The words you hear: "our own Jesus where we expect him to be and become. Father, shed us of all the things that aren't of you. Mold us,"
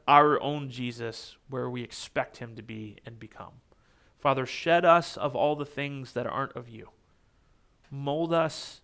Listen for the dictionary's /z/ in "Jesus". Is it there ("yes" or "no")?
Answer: yes